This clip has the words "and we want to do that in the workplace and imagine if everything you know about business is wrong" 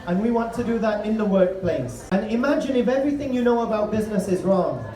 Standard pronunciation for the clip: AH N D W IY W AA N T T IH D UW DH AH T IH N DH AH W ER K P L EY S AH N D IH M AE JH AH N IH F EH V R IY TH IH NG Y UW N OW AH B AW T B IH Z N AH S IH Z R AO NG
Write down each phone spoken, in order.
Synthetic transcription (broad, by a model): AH N W IY W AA N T T IH D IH DH AH T IH N DH AH W ER K P L EY S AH N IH M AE JH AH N IH F EH V R IY TH IH NG Y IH N OW AH B AW T B IH Z N AH S IH Z R AO NG